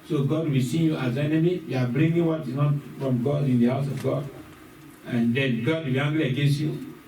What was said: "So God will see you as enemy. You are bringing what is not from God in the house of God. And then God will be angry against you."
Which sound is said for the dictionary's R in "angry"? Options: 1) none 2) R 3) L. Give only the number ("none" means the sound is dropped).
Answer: 3